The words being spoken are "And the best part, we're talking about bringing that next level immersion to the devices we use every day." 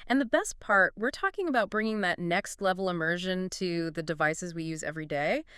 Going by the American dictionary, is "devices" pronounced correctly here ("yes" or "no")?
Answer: yes